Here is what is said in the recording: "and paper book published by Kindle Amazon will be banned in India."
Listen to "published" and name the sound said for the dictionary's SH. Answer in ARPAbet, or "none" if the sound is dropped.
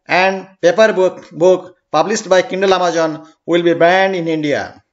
S